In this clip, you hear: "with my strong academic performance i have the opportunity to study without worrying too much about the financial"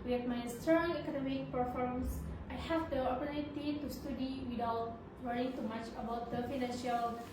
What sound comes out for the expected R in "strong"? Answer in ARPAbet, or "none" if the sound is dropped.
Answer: none